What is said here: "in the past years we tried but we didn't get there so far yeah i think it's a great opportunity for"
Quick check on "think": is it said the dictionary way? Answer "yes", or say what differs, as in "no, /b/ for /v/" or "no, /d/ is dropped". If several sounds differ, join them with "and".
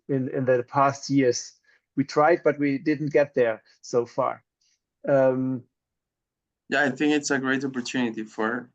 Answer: yes